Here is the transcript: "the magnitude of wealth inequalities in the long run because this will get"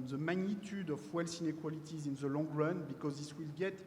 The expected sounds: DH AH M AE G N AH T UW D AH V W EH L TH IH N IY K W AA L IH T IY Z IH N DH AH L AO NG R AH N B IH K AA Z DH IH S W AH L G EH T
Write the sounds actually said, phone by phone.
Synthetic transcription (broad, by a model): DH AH M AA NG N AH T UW D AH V W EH L S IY N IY K W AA L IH T IY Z IH N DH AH L AO NG R AH N B IH K AA Z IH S W AH L G EH T